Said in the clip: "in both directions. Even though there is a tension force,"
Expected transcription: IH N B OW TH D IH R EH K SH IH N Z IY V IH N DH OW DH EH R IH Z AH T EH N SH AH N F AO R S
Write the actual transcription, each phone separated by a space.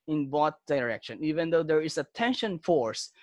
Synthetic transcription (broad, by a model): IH N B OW T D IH R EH K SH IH N IY V IH N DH OW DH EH R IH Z AH T EH N SH AH N F AO R S